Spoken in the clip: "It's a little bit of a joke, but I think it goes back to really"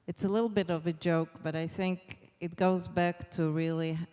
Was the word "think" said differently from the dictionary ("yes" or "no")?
no